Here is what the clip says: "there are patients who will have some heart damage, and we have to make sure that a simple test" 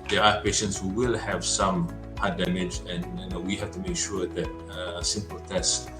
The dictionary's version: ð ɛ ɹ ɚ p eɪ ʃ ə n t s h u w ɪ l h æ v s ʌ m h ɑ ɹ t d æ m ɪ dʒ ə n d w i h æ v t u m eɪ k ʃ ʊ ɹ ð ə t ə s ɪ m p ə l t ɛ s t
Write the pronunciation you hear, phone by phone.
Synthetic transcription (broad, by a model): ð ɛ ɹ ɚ p eɪ ʃ ə n t s h u w ɪ l h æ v s ʌ m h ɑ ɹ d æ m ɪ dʒ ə n w i h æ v t u m eɪ k ʃ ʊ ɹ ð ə t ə s ɪ m p ə l t ɛ s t